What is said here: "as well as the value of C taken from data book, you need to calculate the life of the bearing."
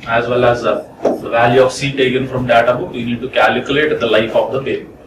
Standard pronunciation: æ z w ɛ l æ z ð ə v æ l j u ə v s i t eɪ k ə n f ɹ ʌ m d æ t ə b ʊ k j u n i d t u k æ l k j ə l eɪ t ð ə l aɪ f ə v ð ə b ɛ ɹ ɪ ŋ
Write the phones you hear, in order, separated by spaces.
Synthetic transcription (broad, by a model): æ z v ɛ l æ z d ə v æ l j u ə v s i t eɪ k ə n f ɹ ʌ m d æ t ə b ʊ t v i n i d t u k æ l k j ə l eɪ t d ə l aɪ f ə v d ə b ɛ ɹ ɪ